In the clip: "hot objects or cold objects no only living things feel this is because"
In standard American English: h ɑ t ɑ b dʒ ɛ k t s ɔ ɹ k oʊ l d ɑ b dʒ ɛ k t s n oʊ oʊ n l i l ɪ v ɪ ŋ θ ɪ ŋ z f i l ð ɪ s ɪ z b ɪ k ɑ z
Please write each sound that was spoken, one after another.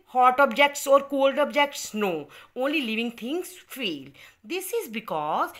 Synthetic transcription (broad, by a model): h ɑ t ɑ b dʒ ɛ k t s ɔ ɹ k oʊ l d ɑ b dʒ ɛ k t s n oʊ oʊ n l i l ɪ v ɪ ŋ t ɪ ŋ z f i l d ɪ s ɪ z b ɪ k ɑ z